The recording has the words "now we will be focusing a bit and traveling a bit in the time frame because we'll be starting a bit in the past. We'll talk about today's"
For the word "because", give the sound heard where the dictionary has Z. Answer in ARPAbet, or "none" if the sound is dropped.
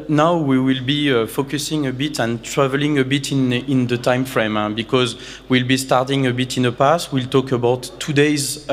Z